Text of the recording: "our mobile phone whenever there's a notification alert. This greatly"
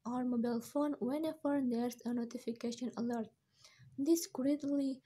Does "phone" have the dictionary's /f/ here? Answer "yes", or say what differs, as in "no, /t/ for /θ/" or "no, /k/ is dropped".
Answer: yes